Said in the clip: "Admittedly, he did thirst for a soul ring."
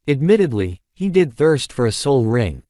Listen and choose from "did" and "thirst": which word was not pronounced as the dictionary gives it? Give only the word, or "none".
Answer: none